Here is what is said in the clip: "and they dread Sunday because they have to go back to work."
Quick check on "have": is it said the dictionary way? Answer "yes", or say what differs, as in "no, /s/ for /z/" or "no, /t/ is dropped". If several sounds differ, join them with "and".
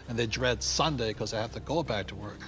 no, /f/ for /v/